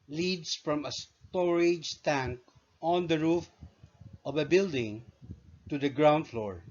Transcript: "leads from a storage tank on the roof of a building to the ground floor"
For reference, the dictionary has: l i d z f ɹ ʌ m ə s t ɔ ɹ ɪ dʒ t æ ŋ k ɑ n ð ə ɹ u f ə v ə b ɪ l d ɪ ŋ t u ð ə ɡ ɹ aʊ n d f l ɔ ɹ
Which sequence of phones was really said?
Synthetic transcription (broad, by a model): l i d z f ɹ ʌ m ə s t ɔ ɹ ɪ dʒ t æ ŋ k ɑ n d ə ɹ u f ə v ə b ɪ l d ɪ ŋ t u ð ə ɡ ɹ aʊ n d f l ɔ ɹ